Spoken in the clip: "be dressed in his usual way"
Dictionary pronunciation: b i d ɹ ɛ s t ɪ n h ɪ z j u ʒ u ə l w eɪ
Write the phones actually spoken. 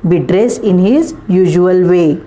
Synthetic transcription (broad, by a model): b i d ɹ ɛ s ɪ n h ɪ z j u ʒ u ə l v eɪ